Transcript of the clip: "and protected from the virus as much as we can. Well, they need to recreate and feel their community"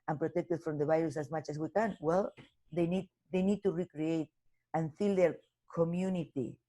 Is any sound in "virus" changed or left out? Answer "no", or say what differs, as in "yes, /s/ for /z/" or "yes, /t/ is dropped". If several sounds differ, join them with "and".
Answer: yes, /b/ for /v/